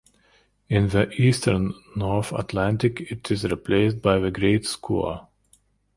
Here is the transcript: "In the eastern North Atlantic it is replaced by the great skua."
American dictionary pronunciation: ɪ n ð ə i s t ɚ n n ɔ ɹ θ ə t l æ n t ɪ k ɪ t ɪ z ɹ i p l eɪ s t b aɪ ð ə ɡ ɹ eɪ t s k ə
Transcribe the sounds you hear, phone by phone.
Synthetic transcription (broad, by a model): ɪ n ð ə i s t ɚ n n ɔ ɹ θ ə t l æ n t ɪ k ɪ t ɪ z ɹ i p l eɪ s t b aɪ ð ə ɡ ɹ eɪ t s k ə